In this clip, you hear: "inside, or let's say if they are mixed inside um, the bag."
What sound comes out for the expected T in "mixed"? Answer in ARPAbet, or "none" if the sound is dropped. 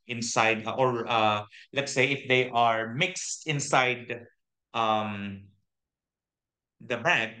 T